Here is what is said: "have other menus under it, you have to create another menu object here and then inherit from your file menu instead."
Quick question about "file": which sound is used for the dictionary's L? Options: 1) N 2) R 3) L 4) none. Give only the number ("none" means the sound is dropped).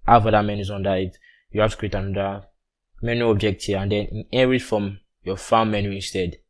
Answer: 1